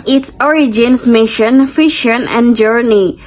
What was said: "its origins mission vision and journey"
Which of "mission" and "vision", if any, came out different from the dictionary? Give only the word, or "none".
vision